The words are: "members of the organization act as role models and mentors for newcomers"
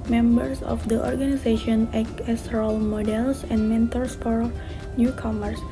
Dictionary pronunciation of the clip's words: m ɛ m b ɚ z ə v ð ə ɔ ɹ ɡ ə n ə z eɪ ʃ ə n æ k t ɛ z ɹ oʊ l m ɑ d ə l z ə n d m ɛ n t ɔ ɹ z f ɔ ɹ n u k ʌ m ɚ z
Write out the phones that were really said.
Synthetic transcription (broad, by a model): m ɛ m b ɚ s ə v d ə ɔ ɹ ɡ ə n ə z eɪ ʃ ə n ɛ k ɛ s ɹ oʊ l m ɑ d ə l s ə n d m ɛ n t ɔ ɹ s f ɔ ɹ n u k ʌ m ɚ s